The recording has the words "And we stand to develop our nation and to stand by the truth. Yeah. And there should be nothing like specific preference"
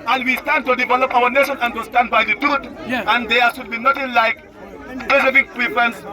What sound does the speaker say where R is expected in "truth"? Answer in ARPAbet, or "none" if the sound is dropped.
none